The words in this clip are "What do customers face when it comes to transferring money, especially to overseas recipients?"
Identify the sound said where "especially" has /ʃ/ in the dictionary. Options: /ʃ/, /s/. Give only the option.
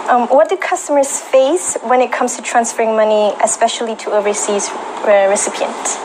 /ʃ/